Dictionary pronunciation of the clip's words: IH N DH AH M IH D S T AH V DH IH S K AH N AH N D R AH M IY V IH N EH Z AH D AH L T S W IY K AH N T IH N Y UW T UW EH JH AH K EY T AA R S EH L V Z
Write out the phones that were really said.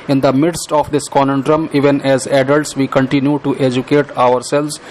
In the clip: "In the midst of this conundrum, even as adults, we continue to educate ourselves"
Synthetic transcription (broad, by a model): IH N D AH M IH D S T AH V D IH S K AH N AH N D R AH M IY V IH N EH Z AH D AH L T S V IY K AH N T IH N Y UW T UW EH JH AH K EY T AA R S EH L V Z